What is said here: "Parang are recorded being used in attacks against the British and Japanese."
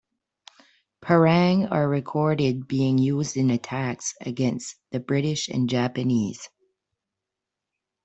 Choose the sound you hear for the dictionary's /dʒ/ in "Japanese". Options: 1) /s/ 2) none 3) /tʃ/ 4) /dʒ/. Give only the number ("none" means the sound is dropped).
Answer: 4